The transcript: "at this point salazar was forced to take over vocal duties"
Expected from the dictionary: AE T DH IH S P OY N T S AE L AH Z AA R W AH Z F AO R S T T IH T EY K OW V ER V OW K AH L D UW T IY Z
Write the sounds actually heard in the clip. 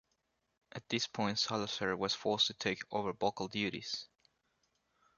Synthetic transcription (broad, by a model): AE T DH IH S P OY N T S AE L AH S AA R W AH Z F AO R S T T IH T EY K OW V ER B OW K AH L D UW T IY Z